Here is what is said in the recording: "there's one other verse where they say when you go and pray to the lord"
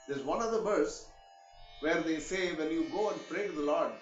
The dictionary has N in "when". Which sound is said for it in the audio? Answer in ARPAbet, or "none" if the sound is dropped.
L